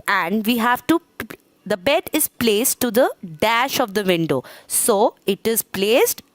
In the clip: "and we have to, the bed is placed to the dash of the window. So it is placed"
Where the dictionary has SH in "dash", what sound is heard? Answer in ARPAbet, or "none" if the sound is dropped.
SH